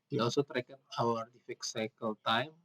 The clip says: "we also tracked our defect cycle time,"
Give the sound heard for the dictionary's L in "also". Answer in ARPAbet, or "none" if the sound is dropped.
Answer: none